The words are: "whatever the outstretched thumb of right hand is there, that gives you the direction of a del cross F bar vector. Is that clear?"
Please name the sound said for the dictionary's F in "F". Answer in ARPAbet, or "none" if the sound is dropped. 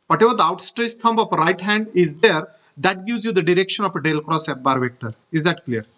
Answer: P